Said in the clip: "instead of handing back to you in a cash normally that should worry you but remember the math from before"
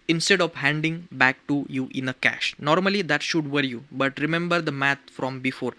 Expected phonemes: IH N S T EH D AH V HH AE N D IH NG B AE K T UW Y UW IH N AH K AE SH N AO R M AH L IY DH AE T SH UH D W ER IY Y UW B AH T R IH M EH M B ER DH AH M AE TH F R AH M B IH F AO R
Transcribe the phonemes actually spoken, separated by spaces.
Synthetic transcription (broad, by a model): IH N S T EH D AH V HH AE N D IH NG B AE K T UW Y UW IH N AH K AE SH N AO R M AH L IY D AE T SH UH D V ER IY Y UW B AH T R IH M EH M B ER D AH M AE T F R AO M B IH F AO R